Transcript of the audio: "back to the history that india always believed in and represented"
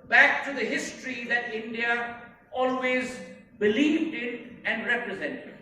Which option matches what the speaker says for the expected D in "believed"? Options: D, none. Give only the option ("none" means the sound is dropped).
D